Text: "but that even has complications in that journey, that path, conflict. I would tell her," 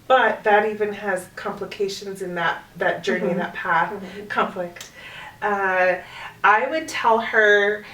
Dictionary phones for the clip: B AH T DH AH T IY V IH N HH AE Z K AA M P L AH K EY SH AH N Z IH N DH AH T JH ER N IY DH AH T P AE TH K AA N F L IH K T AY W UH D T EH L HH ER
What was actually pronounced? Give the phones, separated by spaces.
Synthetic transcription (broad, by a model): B AH T DH AH T IY V IH N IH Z K AA M P L AH K EY SH AH N Z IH N DH AH T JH ER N IY DH AH T P AE TH K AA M F L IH K T AY W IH D T EH L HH ER